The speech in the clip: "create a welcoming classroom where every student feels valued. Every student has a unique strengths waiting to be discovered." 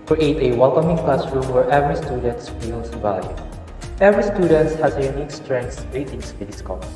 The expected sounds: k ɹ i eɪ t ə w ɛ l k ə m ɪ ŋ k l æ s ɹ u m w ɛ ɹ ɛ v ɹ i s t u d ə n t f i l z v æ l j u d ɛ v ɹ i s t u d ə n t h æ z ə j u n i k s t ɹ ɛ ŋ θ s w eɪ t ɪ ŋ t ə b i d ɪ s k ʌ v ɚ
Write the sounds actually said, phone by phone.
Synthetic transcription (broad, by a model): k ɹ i eɪ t ə w ɛ l k ə m ɪ ŋ k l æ s ɹ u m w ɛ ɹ ɛ v ɹ i s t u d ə n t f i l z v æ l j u ɛ v ɹ i s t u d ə n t h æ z ə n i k s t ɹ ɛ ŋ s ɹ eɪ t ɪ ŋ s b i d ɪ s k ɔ